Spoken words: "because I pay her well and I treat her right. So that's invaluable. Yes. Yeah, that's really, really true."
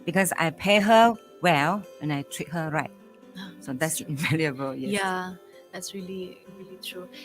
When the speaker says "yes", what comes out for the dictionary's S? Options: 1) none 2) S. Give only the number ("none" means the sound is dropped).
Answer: 1